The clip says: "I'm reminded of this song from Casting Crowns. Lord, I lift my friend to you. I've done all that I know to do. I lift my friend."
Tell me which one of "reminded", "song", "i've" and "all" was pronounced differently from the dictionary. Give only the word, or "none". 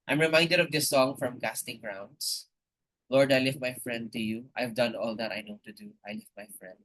none